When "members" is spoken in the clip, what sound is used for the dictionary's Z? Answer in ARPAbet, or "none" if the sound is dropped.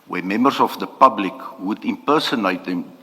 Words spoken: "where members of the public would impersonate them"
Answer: S